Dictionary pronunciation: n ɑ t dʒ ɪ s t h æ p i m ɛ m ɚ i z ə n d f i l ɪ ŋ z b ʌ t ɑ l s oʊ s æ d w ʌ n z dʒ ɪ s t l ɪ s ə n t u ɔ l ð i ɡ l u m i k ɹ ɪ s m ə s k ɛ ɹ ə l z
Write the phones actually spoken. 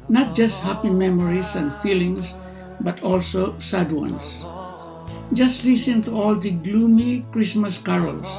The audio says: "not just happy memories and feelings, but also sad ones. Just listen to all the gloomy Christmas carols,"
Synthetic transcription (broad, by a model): n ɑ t dʒ ɪ s t h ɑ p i m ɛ m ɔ i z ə n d f i l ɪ ŋ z b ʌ t ɑ l s oʊ s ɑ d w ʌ n s dʒ ɪ s t l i s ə n t u ɔ l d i ɡ l u m i k ɹ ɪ s m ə s k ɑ ɹ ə l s